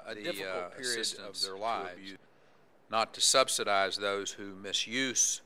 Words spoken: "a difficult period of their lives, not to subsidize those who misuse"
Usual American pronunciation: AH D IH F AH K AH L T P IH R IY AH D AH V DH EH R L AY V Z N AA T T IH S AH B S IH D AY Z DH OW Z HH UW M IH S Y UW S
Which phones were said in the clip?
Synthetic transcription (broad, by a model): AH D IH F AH AH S R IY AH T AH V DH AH R L AY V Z N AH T T IH S AH B S IH D AY Z DH OW Z HH UW M IH S Y UW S